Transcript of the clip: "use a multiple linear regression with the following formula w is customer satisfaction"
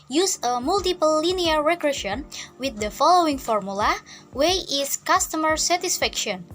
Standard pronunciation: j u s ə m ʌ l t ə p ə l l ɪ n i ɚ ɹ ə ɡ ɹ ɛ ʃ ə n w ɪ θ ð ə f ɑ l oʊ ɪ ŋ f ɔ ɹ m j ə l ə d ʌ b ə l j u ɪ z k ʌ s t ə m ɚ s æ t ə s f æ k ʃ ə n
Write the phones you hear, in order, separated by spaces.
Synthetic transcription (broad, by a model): j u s ə m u l t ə p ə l l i n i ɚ ɹ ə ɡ ɹ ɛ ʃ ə n w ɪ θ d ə f ɑ l oʊ ɪ ŋ f ɔ ɹ m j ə l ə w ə j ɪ s k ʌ s t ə m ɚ s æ t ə s f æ k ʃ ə n